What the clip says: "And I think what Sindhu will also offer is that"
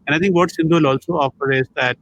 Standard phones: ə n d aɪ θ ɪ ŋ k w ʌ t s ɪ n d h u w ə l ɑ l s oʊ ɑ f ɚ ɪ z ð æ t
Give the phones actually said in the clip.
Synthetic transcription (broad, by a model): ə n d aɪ t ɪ ŋ k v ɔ t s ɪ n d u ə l ɑ l s oʊ ɑ f ɚ ɪ z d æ t